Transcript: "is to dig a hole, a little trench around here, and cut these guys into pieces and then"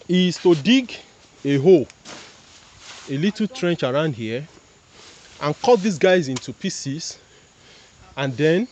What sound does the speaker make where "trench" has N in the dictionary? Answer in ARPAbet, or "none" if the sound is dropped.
N